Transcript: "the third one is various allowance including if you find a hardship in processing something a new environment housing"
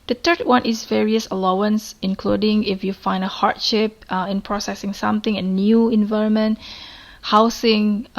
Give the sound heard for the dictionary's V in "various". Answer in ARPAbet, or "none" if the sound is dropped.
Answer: V